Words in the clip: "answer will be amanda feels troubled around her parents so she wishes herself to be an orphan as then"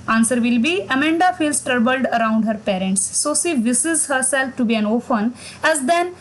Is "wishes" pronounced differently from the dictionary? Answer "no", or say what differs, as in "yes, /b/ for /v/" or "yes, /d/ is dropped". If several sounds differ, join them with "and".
yes, /s/ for /ʃ/